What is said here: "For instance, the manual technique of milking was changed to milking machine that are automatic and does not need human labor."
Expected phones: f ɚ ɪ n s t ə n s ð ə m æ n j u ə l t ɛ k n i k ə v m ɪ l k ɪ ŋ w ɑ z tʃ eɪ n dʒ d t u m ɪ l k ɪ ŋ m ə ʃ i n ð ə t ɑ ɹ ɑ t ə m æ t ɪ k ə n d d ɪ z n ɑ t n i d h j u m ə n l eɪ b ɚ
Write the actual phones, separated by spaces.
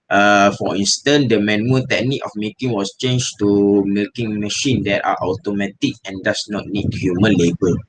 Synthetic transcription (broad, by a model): f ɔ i n s t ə n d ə m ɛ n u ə t ɛ k n i k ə f m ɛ k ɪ ŋ w ɑ s tʃ eɪ n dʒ t u m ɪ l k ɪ ŋ m ə ʃ i n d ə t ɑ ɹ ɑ t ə m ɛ t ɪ k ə n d d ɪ s n ɑ t n i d h j u m ə n l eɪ b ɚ